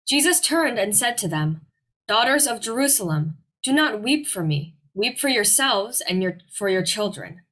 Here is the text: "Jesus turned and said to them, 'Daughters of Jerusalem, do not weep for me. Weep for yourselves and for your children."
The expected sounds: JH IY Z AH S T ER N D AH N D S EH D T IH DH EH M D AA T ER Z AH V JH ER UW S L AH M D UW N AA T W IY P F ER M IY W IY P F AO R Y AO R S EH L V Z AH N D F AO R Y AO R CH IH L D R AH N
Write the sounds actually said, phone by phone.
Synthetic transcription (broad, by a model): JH IY Z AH S T ER N D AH N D S EH D T IH DH EH M D AA T ER Z AH V JH ER UW S L AH M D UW N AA T W IY P F ER M IY W IY P F AO R Y AO R S EH L V Z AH N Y F AO R Y AO R CH IH L D R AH N